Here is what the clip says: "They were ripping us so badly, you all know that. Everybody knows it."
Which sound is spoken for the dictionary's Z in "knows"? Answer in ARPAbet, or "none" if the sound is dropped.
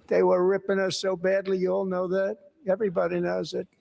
Z